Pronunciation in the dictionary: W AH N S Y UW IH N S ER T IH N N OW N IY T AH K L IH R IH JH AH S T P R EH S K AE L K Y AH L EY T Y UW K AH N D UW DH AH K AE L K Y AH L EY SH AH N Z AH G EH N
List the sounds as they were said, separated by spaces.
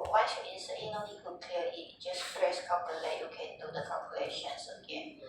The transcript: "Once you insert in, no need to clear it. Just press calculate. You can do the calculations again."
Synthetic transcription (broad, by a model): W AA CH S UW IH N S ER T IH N N OW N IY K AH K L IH L IH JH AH S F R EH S K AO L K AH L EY Y UW K AH N D UW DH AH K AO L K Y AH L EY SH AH N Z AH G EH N